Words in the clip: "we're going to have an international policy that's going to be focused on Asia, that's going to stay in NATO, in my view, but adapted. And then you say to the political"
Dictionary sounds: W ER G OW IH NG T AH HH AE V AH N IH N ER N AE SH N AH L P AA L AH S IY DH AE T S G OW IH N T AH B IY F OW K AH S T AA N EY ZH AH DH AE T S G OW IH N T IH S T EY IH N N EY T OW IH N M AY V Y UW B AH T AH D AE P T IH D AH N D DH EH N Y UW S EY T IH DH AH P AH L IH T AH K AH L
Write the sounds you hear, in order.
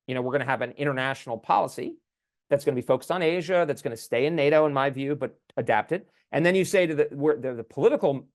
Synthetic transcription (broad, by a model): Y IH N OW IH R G AH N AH V AH N IH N ER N AE SH N L P AA L AH S IY DH AE T S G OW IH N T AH B IY F OW K AH S T N EY ZH AH DH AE T S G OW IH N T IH S T EY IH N N EY T OW IH N M AY V Y UW B AH T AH D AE P T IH D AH N DH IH N Y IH S EY T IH DH AH P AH L IH T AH K L